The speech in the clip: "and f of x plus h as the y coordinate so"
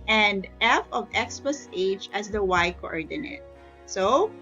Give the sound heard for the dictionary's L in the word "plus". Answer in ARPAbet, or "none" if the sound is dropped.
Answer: none